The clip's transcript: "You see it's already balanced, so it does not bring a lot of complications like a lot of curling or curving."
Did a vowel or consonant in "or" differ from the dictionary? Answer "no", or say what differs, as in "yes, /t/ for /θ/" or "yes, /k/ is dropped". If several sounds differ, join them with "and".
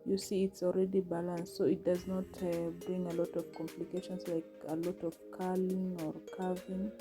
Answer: no